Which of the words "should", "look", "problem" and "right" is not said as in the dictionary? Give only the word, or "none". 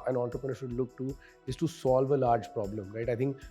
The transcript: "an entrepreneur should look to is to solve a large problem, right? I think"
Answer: none